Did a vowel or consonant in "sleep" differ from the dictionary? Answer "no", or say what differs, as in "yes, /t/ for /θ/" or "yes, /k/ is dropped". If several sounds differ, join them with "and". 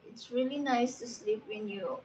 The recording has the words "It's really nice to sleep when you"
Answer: no